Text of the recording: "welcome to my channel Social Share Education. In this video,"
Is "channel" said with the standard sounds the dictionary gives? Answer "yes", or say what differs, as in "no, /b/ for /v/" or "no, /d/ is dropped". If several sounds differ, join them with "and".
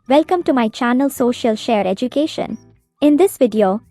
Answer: yes